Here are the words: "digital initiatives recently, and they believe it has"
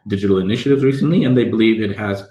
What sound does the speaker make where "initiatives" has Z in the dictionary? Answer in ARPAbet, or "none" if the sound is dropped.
Z